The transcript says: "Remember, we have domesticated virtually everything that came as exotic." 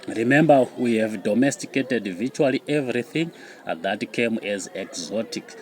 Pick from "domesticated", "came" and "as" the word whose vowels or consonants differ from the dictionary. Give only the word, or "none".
none